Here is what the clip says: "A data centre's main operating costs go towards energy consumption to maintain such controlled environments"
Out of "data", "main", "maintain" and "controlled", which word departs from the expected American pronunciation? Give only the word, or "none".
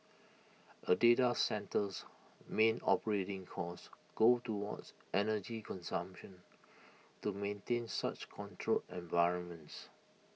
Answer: controlled